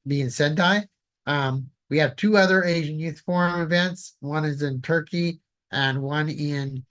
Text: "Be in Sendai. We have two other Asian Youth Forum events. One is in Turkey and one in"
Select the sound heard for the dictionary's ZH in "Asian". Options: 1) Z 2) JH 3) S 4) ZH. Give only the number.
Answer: 4